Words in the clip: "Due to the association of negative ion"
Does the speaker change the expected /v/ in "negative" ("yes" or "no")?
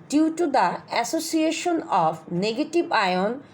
yes